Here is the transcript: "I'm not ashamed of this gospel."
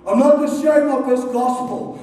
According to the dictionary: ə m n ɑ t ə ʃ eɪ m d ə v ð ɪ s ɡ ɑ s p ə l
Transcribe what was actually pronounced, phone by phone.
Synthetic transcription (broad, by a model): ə m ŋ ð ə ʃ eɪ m ə v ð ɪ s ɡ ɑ s p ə l